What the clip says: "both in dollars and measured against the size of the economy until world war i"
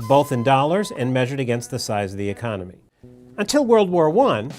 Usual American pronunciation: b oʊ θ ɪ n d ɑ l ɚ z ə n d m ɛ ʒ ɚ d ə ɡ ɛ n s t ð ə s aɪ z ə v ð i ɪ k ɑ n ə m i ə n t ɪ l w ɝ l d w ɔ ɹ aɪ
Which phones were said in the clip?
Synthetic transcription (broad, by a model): b oʊ θ ɪ n d ɑ l ɚ z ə n m ɛ ʒ ɚ d ə ɡ ɛ n s t ð ə s aɪ z ə v ð i ɪ k ɑ n ə m i ə n t ɪ l w ɝ l d w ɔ ɹ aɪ